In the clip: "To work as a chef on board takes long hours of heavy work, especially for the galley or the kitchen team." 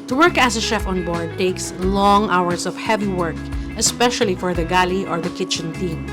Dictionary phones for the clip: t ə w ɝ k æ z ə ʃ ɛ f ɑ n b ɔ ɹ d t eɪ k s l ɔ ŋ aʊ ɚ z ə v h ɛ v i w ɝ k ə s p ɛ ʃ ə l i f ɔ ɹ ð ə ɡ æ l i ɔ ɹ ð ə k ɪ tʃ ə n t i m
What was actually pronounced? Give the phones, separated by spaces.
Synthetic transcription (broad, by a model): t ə w ɝ k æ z ə ʃ ɛ f ɑ n b ɔ ɹ d t eɪ k s l ɔ ŋ aʊ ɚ s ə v h ɛ v i w ɝ k ə s p ɛ ʃ ə l i f ɔ ɹ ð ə ɡ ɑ l i ɔ ɹ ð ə k ɪ tʃ ə n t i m